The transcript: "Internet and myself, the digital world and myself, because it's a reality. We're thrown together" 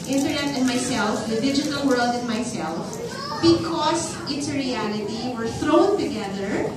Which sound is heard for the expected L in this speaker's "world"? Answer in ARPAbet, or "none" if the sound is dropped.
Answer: L